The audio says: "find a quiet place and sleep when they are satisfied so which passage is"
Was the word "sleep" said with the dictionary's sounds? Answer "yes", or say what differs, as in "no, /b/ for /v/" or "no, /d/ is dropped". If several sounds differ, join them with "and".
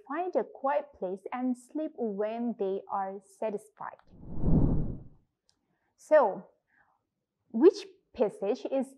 yes